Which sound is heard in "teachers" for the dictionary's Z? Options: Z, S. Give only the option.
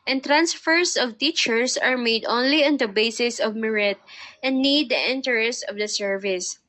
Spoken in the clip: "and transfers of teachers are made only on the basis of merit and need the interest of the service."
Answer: S